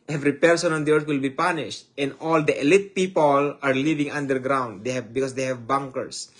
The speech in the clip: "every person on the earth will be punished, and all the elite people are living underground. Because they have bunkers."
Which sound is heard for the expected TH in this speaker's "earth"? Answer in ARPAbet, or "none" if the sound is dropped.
T